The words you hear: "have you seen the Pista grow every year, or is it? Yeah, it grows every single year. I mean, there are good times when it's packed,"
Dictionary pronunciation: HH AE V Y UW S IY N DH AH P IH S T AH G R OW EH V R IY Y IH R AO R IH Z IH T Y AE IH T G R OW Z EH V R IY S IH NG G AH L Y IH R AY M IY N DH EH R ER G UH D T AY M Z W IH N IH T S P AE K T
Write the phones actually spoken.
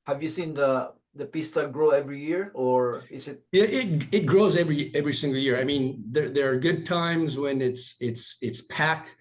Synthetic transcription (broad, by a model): HH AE V Y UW S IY N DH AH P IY S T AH G R OW EH V R IY Y IH R AO R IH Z IH T Y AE IH T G R OW Z EH V R IY S IH NG G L Y IH R AY M IY N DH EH R ER G UH D T AY M Z W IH N IH T S P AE K T